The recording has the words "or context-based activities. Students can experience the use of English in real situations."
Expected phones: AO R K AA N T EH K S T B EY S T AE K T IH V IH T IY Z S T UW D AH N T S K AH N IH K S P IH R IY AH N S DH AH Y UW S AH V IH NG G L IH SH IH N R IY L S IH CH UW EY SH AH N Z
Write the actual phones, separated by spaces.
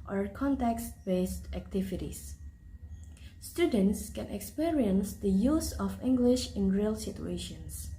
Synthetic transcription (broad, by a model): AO R K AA N T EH K S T B EY S T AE K T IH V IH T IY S S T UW D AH N T S K AH N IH K S P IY R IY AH N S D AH Y UW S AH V IH NG G L IH SH IH N R IY L S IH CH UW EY SH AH N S